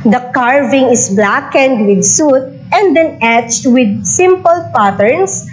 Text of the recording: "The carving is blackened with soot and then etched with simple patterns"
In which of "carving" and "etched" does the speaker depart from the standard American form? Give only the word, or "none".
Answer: none